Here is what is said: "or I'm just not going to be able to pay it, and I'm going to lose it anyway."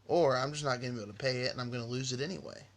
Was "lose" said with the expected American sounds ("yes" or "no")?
yes